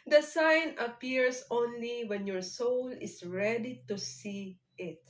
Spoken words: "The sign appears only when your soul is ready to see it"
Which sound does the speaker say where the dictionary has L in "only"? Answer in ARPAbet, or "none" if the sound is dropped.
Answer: L